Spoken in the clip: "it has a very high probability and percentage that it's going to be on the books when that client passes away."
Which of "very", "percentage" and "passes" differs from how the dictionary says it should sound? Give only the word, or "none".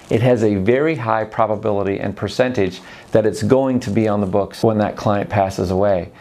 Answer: none